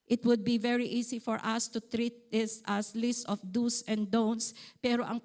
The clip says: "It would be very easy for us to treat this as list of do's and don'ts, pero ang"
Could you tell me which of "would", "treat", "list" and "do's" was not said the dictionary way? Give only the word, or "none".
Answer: do's